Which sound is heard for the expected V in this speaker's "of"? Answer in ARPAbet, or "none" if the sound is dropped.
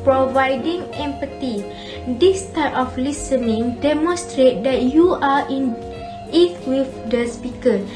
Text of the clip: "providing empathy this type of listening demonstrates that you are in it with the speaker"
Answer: F